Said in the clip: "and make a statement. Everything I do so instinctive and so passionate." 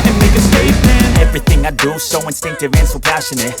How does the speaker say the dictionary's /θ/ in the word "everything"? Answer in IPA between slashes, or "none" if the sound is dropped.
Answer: /θ/